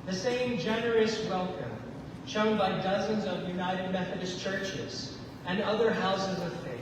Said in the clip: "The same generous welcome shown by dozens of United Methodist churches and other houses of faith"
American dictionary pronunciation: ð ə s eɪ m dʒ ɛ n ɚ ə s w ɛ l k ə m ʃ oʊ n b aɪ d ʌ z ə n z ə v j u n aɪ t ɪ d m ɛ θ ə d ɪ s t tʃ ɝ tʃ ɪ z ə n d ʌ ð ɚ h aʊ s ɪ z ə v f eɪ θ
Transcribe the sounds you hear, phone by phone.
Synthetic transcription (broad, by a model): ð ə s eɪ m dʒ ɛ n ɚ ə s w ɛ l k ə m ʃ oʊ n b aɪ d ʌ z ə n z ə v j u n aɪ t ɪ d m ɛ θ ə d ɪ s tʃ ɝ tʃ ɪ z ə n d ʌ ð ɚ h aʊ s ɪ z ə v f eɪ